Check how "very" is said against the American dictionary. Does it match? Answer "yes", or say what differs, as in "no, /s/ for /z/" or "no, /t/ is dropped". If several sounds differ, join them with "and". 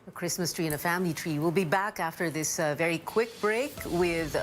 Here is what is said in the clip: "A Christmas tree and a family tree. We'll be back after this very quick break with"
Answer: yes